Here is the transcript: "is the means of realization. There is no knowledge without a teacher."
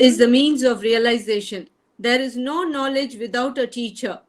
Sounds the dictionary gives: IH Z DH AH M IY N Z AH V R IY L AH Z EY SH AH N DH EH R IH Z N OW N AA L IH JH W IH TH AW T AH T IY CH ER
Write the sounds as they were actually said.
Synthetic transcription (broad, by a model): IH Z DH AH M IY N Z AH V R IY L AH Z EY SH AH N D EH R IH Z N OW N AA L IH JH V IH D AW T AH T IY CH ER